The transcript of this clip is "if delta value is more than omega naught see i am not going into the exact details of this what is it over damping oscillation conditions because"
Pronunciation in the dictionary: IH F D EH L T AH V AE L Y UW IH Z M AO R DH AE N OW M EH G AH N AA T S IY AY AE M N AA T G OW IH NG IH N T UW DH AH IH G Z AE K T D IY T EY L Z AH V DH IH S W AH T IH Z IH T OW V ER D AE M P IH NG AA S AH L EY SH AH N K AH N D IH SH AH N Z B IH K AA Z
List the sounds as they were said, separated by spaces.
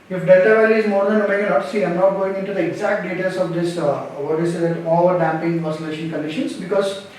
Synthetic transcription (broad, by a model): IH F D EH T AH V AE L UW IH Z M AO R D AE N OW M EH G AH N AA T S IY AY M N AA T G OW IH NG IH N T UW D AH IH G Z AE K T D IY T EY L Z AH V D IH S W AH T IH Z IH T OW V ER D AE M P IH NG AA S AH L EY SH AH N K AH N D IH SH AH N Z B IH K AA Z